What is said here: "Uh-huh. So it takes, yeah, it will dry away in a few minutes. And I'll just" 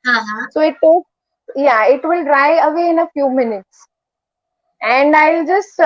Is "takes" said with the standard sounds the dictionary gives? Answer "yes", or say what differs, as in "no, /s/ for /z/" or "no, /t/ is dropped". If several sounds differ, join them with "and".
no, /s/ is dropped